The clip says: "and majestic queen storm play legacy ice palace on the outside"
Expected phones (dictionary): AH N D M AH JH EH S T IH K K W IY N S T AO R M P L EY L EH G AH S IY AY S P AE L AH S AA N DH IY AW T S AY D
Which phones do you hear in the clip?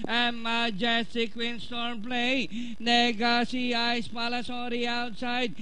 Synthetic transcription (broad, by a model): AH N M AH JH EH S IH K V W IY N S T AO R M P L EY N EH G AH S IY AY S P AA L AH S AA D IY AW T S AY D